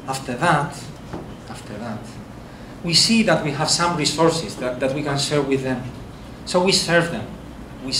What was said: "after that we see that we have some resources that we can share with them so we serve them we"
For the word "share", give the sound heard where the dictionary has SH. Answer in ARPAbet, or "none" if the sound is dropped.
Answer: S